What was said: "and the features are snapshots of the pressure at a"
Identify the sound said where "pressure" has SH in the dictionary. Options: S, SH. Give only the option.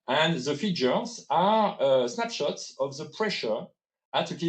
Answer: SH